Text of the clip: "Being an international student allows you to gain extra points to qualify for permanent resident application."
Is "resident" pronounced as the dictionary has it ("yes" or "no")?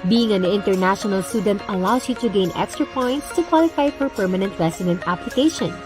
no